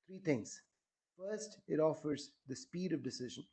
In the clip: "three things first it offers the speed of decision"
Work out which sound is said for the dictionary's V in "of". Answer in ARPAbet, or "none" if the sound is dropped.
V